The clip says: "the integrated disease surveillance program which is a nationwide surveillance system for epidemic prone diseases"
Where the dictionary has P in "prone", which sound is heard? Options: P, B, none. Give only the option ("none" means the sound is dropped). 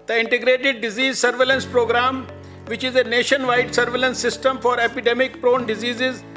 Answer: P